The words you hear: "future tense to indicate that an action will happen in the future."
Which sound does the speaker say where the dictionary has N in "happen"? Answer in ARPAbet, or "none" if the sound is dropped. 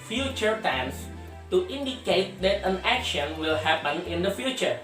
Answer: N